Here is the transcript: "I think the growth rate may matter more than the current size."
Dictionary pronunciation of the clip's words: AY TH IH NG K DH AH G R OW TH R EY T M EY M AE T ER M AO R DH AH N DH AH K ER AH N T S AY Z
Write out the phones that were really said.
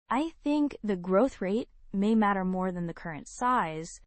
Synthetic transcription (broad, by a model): AY TH IH NG K DH AH G R OW TH R EY T M EY M AE T ER M AO R DH AH N DH AH K ER AH N T S AY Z